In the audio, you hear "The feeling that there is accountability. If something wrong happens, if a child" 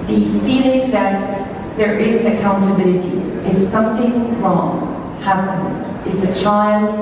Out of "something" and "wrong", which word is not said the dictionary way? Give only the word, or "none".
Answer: none